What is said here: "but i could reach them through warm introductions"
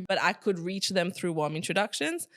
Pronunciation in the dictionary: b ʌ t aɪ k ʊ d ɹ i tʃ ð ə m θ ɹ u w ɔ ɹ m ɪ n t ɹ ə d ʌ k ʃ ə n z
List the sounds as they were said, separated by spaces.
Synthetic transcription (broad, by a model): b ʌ t aɪ k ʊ d ɹ i tʃ ð ə m θ ɹ u w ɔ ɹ m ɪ n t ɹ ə d ʌ k ʃ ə n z